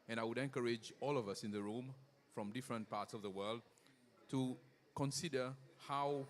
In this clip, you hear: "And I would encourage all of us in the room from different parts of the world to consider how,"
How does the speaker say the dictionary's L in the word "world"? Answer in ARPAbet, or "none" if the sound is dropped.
L